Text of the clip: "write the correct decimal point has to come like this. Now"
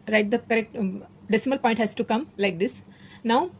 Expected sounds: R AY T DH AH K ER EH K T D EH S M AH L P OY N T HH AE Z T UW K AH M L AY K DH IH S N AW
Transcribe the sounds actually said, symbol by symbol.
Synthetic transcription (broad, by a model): R AY T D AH K ER EH K T D EH S M AH L P OY N T HH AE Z T UW K AH M L AY K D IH S N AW